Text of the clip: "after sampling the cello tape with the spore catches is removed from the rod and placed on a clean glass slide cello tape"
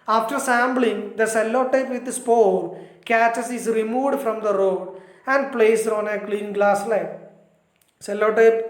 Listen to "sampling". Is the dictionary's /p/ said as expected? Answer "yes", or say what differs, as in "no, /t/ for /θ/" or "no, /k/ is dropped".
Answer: no, /b/ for /p/